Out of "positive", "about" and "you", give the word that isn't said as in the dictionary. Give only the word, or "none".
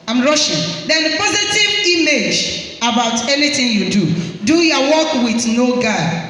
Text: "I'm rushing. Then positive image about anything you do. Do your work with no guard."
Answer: none